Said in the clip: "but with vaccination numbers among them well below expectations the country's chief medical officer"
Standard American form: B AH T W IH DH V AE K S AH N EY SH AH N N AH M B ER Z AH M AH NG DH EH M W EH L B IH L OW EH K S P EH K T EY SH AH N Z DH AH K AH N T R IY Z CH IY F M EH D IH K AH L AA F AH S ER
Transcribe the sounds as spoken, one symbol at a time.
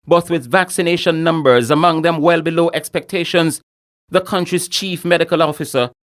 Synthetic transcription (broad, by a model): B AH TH W IH DH V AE K S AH N EY SH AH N N AH M B ER Z AH M AH NG DH EH M W EH L B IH L OW EH K S P EH K T EY SH AH N Z DH AH K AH N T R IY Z CH IY F M EH D IH K AH L AA F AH S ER